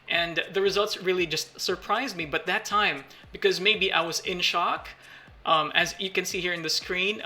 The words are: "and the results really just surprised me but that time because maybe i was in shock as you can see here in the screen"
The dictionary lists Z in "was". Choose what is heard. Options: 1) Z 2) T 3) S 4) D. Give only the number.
1